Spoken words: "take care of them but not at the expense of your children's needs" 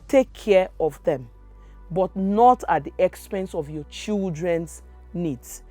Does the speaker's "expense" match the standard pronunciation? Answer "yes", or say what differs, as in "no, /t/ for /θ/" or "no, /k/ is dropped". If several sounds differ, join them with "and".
yes